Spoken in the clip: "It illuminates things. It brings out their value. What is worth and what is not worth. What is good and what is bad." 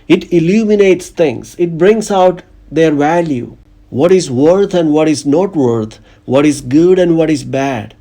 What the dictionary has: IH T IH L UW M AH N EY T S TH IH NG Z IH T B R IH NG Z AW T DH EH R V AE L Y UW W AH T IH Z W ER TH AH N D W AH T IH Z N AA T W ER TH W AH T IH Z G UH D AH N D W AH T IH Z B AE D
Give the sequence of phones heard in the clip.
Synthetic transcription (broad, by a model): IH T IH L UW M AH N EY T S T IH NG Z IH T B R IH NG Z AW T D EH R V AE L Y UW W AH T IH Z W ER T AH N D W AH T IH Z N AA T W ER T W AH T IH Z G UH D AH N D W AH T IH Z B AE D